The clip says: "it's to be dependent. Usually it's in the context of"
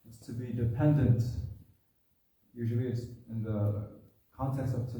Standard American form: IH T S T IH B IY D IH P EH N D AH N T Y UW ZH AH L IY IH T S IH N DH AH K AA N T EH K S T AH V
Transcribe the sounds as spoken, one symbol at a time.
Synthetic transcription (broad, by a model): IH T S T IH B IY D IH P EH N D AH N T Y UW ZH AH L IY IH T S IH N DH AH K AA N T EH K S T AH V